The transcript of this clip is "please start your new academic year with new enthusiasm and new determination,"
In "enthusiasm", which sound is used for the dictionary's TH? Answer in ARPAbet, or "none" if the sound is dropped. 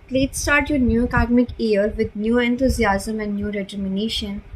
T